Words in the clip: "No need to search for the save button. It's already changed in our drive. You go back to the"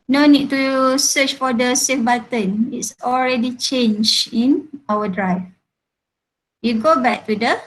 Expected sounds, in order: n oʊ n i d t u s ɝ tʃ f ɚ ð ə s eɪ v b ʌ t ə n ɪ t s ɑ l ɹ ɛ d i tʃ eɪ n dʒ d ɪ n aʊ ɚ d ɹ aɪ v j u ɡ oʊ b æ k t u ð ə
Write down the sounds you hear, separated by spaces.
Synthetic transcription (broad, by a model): n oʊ n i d t u s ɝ tʃ f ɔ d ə s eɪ f b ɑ t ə n ɪ t s ɑ l ɹ ɛ d i tʃ eɪ n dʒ ɪ n aʊ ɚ d ɹ aɪ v j u ɡ oʊ b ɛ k t u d ə